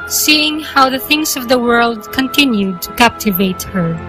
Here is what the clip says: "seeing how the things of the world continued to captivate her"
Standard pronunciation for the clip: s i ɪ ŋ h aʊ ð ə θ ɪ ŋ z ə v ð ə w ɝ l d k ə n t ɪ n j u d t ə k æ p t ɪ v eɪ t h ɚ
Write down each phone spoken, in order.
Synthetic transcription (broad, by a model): s i ɪ ŋ h aʊ ð ə θ ɪ ŋ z ə v ð ə w ɝ l d k ə n t ɪ n j u d t ə k æ p t ɪ v eɪ t h ɚ